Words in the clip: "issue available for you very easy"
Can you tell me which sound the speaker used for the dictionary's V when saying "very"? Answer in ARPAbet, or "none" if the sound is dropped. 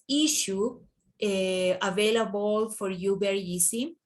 B